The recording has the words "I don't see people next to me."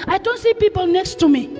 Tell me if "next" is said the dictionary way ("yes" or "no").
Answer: yes